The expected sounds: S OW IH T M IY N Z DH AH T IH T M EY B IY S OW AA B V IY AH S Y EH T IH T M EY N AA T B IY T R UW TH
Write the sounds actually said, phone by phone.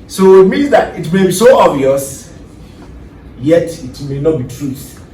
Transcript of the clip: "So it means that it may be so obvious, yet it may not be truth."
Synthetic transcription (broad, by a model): S OW IH T M IY N Z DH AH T IH T M EY B IY S OW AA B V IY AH S Y EH T IH T M EY N AA T B IY T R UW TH